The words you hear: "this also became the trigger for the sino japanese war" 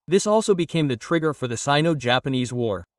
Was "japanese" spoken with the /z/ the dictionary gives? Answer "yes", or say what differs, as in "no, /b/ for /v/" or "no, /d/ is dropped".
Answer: yes